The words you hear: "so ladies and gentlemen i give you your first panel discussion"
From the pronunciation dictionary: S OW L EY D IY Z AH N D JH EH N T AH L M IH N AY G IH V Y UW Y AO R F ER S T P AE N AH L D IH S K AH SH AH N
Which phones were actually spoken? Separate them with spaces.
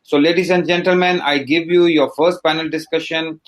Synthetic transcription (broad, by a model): S OW L EY D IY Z AH N D JH EH N T AH L M IH N AY G IH V Y UW Y AO R F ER S T P AE N AH L D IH S K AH SH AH N